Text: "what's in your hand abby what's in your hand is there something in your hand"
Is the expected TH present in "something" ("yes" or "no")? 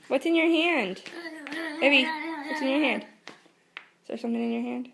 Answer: yes